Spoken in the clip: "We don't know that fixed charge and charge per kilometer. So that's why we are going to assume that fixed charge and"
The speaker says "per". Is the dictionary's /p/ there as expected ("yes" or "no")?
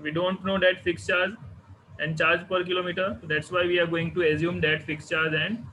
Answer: yes